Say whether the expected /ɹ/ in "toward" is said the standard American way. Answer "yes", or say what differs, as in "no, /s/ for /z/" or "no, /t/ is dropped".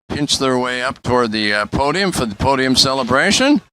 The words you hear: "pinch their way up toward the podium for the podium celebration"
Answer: yes